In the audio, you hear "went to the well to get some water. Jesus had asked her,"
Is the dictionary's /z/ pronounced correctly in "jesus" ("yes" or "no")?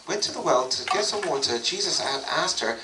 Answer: yes